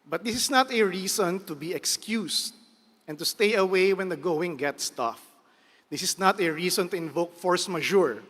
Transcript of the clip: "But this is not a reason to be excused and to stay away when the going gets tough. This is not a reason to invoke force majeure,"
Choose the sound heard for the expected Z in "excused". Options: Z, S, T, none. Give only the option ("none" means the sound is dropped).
S